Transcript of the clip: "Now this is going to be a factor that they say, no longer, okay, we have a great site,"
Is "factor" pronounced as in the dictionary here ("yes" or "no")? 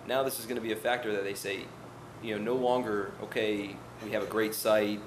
yes